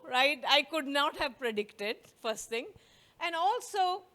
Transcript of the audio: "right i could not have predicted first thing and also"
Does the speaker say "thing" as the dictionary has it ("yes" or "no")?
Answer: no